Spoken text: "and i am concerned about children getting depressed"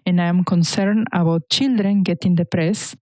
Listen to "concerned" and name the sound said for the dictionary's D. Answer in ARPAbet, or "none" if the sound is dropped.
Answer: none